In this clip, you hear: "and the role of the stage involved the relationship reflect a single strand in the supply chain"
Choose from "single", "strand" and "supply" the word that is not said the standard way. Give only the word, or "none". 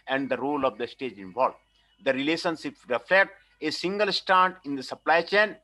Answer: strand